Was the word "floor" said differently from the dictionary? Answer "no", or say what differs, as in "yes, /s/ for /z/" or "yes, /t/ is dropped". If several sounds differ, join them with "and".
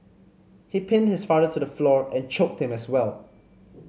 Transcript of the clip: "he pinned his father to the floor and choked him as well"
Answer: no